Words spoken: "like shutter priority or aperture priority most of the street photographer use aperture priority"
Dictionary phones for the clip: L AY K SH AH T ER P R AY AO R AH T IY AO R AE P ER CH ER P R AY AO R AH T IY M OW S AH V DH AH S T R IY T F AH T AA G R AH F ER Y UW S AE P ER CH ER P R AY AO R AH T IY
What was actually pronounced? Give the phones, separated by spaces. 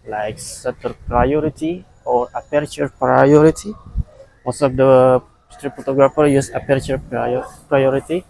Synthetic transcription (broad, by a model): L AY K S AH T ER P R AY AO R AH T IY AO R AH P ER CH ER P R AY AO R AH T IY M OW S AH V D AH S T R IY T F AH T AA G R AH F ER Y UW S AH P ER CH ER P R AY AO R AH T IY